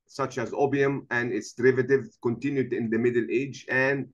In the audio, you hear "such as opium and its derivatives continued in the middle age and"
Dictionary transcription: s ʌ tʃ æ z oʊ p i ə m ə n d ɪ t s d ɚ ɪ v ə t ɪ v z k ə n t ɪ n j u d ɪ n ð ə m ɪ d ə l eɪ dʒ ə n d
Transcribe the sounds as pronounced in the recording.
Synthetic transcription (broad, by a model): s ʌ tʃ æ z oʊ b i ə m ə n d ɪ t s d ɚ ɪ v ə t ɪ v k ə n t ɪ n j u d ɪ n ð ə m ɪ d ə l eɪ dʒ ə n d